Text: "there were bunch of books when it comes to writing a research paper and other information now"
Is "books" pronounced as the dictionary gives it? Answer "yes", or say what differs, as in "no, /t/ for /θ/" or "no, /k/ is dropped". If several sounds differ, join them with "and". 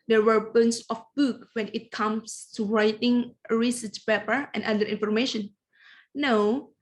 no, /s/ is dropped